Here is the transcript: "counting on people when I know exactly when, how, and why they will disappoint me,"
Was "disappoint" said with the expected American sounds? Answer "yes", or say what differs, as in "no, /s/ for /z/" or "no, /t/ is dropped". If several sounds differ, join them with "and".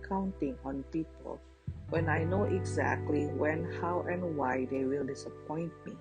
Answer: yes